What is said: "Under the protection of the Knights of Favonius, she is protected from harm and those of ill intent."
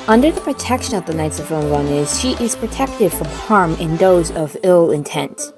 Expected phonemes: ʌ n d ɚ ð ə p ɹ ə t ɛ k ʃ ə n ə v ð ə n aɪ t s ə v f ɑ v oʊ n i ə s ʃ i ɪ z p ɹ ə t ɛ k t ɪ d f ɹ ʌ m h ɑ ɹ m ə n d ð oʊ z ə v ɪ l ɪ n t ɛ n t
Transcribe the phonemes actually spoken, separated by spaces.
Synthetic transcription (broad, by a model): ʌ n d ɚ ð ə p ɹ ə t ɛ k ʃ ə n ə v ð ə n aɪ t s ə v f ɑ ʊ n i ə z ʃ i ɪ z p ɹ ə t ɛ k t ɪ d f ɹ ʌ m h ɑ ɹ m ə n ð oʊ z ə v ɪ l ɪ n t ɛ n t